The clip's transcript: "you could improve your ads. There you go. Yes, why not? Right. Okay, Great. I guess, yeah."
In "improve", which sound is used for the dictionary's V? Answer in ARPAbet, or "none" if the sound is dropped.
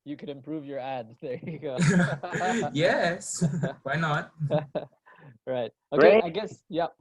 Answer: V